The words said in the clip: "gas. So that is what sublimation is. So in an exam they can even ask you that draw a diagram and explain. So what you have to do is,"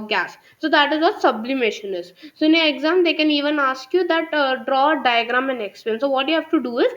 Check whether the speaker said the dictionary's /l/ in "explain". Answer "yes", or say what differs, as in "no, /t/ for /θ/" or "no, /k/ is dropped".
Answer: no, /l/ is dropped